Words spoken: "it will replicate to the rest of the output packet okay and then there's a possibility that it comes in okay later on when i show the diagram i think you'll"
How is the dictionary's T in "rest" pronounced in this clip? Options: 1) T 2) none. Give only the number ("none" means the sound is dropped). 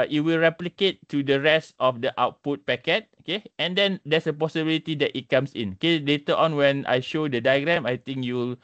1